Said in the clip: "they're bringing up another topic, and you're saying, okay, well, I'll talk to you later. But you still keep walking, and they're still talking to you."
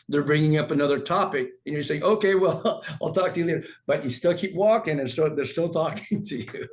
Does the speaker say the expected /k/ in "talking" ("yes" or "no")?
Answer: yes